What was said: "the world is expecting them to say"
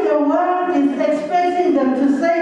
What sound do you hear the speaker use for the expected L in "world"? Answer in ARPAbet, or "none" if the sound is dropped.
none